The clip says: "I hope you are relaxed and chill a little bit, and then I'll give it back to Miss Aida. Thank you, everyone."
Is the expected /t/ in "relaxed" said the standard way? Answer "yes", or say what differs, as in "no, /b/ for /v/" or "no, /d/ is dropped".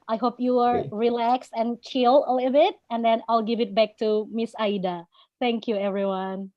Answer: yes